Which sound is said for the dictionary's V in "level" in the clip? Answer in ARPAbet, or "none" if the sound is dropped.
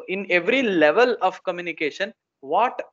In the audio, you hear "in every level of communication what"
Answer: V